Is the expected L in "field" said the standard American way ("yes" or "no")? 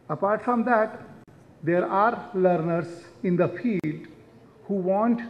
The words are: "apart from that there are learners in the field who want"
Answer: no